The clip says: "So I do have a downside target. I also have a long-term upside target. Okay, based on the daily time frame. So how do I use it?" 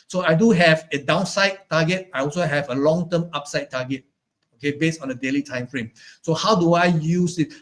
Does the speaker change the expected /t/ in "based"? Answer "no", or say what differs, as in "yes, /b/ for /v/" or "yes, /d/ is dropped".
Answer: yes, /t/ is dropped